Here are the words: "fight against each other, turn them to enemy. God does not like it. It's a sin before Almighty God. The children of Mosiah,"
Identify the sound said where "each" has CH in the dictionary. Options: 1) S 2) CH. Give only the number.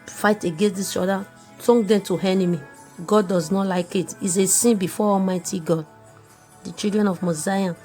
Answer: 1